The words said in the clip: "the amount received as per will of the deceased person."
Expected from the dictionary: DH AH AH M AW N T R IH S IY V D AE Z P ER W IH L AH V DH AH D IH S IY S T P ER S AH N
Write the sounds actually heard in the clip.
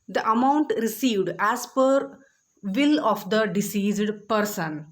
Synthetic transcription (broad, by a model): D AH AH M AW N T R IH S IY V D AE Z P ER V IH L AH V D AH D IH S IY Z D P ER S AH N